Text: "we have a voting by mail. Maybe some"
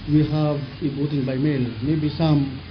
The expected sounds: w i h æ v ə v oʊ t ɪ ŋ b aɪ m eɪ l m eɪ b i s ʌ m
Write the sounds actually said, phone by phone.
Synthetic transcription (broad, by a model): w i h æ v ə b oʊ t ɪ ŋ b aɪ m eɪ l m eɪ b i s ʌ m